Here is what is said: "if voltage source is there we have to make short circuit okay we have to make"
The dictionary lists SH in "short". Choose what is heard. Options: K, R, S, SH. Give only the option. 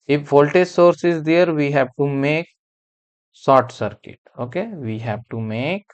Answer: S